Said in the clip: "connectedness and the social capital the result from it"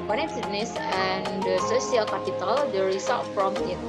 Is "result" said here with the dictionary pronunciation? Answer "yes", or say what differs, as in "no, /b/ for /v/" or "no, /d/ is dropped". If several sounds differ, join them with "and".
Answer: no, /l/ is dropped